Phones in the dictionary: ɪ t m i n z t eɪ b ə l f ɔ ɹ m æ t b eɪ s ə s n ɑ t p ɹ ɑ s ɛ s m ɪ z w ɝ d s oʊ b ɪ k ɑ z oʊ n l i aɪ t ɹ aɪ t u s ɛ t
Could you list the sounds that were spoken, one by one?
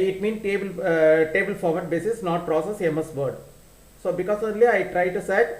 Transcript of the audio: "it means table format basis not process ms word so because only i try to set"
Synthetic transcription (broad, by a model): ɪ t m i n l t eɪ b ə l f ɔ ɹ m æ t b eɪ s ə s n ɑ t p ɹ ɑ s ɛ s m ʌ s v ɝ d s oʊ b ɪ k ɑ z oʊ l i aɪ t ɹ aɪ t u s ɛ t